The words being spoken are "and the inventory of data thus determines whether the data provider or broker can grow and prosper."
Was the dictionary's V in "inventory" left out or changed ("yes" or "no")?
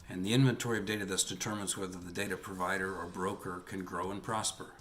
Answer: no